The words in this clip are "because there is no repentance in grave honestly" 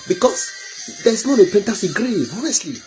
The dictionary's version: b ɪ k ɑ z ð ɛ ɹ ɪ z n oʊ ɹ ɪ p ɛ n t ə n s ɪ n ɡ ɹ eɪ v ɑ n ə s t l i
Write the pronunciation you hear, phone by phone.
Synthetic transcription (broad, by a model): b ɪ k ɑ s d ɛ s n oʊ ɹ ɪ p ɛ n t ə s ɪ ɡ ɹ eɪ ɑ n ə s t l i